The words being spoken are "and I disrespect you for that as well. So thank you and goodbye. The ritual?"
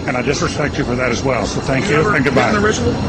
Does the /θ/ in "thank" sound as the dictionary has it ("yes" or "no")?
yes